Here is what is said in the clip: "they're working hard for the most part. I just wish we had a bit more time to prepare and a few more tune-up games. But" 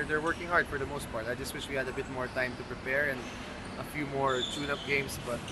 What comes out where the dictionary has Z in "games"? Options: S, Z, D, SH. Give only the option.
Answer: S